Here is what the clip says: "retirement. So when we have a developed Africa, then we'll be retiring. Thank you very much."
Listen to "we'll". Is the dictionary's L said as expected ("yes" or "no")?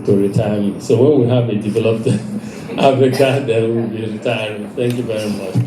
no